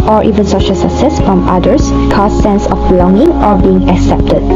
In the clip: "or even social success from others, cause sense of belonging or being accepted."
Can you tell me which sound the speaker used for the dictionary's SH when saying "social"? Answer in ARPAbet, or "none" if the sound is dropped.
SH